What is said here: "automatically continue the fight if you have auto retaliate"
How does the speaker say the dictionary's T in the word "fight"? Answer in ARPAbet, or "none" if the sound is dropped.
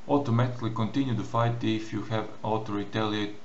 T